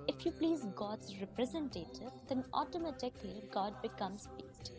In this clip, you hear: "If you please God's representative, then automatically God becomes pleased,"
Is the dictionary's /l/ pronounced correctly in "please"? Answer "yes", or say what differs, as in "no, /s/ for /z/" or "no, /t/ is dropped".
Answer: yes